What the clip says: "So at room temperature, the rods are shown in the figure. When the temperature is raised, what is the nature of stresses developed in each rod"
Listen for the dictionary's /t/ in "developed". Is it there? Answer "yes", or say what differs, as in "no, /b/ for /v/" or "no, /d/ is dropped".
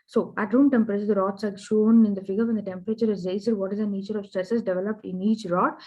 yes